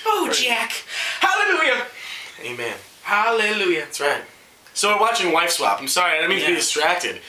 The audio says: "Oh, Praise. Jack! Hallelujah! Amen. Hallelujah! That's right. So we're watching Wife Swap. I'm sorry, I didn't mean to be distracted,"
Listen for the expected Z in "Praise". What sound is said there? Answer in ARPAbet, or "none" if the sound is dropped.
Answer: none